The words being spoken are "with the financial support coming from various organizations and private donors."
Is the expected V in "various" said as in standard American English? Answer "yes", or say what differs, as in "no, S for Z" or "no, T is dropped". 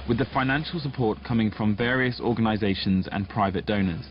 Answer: yes